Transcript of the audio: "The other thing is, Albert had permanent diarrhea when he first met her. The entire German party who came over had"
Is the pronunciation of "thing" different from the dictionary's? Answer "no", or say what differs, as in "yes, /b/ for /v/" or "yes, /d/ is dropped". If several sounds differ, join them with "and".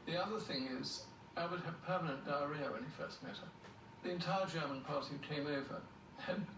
no